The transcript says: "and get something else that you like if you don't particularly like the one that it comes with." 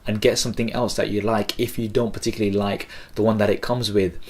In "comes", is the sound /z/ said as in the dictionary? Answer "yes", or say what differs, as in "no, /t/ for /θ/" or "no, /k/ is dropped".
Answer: yes